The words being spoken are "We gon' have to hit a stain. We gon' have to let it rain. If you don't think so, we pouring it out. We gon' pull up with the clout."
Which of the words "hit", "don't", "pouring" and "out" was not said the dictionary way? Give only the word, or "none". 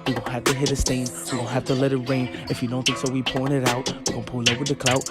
pouring